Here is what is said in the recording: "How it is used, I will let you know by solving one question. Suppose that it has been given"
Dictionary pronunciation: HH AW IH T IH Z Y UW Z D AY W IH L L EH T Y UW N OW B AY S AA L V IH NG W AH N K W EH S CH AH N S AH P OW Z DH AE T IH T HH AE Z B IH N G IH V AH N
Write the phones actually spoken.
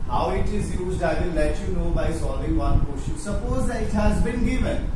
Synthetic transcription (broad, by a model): HH AW IH T IH Z Y UW Z D AY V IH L L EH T Y UW N OW B AY S AA L V IH NG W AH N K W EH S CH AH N S AH P OW Z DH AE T IH T HH AE Z B IH N G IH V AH N